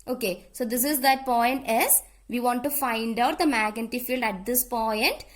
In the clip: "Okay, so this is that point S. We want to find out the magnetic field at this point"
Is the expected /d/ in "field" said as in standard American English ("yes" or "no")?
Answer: yes